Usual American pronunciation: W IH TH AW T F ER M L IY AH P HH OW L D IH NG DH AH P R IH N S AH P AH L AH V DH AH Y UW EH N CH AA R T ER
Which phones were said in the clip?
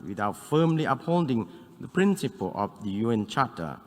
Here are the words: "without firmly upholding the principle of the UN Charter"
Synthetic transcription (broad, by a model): W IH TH AW T F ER M L IY AH P HH OW L D IH NG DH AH P R IH N S AH P AH L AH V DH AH Y UW EH N CH AA T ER